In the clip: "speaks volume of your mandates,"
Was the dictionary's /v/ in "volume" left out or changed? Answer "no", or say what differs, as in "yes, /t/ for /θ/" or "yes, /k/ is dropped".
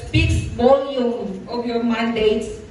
yes, /b/ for /v/